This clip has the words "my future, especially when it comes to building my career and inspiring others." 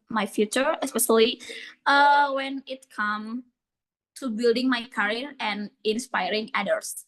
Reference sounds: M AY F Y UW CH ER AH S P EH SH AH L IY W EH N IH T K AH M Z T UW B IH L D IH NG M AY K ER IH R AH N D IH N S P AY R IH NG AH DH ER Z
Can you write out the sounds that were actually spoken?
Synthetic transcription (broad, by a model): M AY F Y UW CH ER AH S P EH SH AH L IY W EH N IH T K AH M T UW B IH L D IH NG M AY K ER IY R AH N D IH N S P AY R IH NG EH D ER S